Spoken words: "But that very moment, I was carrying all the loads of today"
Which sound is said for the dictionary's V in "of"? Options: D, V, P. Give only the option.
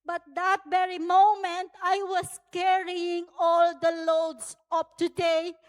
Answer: P